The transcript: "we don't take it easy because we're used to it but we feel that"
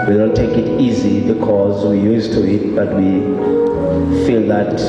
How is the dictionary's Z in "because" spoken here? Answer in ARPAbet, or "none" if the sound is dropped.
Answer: Z